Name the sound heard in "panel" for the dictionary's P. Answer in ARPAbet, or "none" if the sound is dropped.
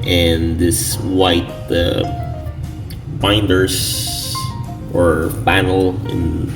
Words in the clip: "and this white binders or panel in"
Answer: B